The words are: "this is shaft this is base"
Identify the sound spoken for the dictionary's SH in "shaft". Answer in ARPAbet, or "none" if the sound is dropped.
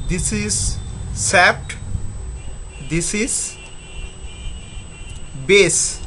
S